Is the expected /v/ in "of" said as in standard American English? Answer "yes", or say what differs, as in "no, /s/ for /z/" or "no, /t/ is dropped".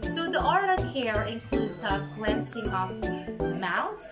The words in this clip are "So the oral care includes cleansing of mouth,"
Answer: no, /p/ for /v/